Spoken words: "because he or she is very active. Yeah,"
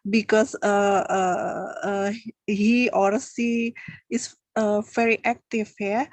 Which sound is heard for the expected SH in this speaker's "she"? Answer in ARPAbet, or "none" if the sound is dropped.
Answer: S